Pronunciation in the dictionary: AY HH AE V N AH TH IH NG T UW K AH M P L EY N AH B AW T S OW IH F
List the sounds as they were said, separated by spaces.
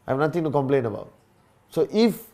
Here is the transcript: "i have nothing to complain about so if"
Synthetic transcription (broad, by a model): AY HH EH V N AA T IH NG T UW K AH M P L EY N AH B AW T S OW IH F